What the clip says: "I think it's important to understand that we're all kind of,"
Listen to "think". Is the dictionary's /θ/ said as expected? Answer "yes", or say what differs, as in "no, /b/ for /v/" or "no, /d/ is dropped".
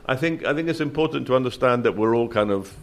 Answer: yes